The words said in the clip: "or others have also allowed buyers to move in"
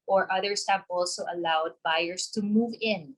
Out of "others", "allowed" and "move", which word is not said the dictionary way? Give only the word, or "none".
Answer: others